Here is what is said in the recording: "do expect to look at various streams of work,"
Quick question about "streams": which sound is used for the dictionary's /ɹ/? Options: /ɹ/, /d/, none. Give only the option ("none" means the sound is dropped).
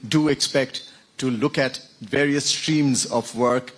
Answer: /ɹ/